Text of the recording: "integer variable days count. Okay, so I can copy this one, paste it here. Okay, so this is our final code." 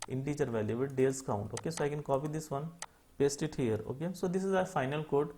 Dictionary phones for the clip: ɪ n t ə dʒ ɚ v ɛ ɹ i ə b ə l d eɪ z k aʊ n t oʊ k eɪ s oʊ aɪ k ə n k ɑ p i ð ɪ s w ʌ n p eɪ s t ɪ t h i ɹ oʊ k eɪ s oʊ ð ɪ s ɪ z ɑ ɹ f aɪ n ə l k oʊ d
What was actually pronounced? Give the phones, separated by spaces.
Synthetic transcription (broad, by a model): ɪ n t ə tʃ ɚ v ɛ l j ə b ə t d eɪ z k aʊ n t oʊ k eɪ s oʊ aɪ k ə n k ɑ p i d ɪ s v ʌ n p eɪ s t ɪ t h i ɹ oʊ k eɪ s oʊ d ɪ s ɪ z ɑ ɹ f aɪ n ə l k oʊ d